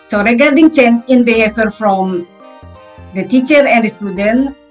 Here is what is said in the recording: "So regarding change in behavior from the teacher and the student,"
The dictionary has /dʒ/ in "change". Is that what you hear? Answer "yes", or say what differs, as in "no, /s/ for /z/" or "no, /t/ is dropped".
no, /dʒ/ is dropped